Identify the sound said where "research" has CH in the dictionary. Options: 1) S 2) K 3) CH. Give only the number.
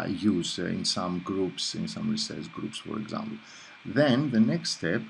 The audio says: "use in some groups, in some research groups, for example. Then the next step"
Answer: 1